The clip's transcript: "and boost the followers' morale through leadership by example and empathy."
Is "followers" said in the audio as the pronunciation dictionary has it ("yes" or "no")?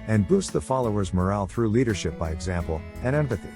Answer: yes